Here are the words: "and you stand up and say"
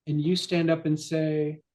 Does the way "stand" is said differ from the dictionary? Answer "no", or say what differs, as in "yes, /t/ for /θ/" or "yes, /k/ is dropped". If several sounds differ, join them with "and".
no